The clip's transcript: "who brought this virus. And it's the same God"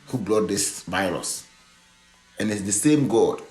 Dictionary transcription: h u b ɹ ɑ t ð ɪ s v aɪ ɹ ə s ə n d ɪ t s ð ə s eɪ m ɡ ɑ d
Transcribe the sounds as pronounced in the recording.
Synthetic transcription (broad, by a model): h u b l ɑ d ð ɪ s v aɪ ɹ ə s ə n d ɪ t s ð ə s eɪ m ɡ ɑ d